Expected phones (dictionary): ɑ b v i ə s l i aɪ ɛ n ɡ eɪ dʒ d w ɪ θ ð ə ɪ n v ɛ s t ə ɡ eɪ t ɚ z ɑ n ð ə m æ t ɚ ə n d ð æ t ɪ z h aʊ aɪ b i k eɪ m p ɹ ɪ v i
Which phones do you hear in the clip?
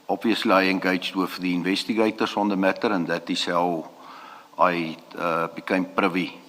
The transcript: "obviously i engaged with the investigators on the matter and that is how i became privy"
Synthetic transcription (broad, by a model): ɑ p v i ə s l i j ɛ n ɡ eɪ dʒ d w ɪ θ ð ə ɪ n v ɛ s t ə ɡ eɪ t ɚ s ɑ n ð ə m æ t ɚ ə n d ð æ t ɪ s h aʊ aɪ b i k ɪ m p ɹ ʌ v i